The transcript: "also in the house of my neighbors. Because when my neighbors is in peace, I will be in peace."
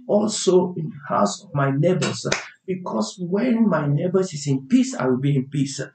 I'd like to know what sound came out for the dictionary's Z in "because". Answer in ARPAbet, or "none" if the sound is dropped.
S